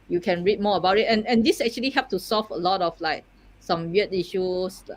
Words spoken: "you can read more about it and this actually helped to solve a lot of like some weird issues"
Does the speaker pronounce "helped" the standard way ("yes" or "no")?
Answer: no